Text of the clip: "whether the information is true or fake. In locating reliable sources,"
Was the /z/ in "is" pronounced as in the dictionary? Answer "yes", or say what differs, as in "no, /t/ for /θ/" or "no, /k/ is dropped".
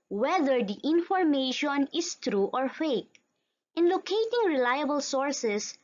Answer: no, /s/ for /z/